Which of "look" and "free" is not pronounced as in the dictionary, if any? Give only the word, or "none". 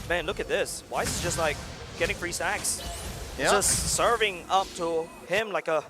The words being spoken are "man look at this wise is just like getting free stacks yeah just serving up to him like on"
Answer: none